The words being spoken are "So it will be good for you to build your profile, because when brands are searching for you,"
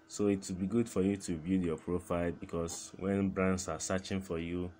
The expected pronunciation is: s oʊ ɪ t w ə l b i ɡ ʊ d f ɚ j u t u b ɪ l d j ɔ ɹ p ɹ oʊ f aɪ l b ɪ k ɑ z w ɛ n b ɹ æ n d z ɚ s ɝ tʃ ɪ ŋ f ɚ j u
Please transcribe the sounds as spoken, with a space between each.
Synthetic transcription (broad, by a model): s oʊ ɪ t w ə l b i ɡ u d f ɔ j u t u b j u j ɔ p ɹ oʊ f aɪ l b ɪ k ɑ s w ɛ n b ɹ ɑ n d s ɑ s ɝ tʃ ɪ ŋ f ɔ j u